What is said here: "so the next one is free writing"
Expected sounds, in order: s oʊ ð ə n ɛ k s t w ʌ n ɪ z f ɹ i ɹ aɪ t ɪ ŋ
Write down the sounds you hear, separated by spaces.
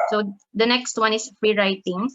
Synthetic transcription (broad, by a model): s oʊ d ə n ɛ k s t w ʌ n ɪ s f ɹ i ɹ aɪ t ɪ ŋ